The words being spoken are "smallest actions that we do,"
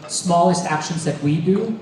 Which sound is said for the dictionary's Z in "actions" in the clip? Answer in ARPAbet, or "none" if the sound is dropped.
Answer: Z